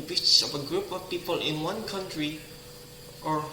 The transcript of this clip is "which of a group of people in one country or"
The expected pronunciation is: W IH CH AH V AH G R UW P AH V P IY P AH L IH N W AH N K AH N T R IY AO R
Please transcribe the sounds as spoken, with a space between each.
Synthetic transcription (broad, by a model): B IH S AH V AH G R UW P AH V P IY P AH L IH N W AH N K AH N T R IY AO R